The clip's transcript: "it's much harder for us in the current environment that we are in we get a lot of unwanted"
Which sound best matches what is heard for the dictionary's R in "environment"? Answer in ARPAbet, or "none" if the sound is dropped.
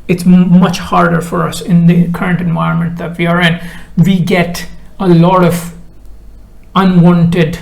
R